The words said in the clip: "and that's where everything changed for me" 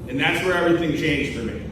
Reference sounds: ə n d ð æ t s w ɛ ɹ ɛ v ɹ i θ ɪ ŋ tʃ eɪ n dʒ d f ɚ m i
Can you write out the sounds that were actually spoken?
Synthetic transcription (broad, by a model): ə n ð æ t s w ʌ ɹ ɛ v ɹ i θ ɪ ŋ tʃ eɪ n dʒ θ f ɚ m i